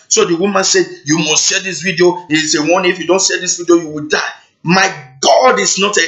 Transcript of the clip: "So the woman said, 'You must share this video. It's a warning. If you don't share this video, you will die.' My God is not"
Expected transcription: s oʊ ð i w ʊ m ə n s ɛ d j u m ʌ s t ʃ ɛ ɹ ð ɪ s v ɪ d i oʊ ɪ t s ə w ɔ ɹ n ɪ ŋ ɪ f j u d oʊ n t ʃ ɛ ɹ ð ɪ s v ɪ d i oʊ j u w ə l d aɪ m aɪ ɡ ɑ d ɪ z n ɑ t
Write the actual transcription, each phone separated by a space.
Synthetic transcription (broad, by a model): s oʊ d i w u m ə n s ɛ d j u m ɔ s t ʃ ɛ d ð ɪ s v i d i oʊ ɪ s ə w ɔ n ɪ f j u d oʊ n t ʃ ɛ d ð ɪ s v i d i oʊ j u w ə l d aɪ m aɪ ɡ ɑ d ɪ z n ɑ t